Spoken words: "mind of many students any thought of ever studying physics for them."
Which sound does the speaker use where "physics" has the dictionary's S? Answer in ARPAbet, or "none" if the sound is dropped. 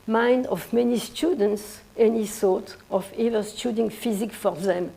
none